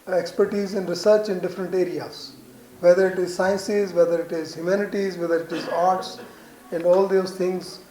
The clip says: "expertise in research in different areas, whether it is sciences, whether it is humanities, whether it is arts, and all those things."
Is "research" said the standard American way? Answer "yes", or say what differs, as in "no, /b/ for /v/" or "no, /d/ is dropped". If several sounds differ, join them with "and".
yes